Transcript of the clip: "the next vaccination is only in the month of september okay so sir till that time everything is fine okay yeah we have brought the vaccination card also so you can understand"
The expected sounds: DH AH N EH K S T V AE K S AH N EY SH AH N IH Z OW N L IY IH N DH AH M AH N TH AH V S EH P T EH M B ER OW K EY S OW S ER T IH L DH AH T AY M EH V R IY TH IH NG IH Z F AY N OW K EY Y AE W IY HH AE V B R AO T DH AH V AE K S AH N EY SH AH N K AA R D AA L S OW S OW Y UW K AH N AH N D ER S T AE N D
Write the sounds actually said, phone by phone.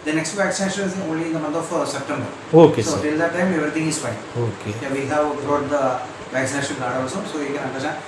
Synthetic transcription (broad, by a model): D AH N EH K S T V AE K S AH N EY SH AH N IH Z OW N L IY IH N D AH M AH N T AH F S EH P T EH M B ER OW K EY S OW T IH L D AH T AY M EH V R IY T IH NG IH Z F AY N OW K EY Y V IY HH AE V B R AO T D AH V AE K S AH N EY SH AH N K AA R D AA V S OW S OW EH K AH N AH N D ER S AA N